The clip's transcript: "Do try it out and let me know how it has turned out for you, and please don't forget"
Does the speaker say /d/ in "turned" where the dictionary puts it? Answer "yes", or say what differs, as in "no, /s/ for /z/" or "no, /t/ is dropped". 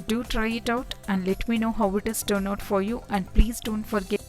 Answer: no, /d/ is dropped